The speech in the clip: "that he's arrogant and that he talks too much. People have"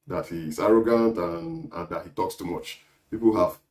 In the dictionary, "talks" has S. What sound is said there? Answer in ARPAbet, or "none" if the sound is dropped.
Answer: S